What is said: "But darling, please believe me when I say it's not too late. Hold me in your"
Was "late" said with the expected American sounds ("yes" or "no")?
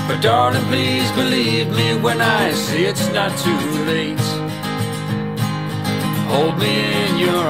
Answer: yes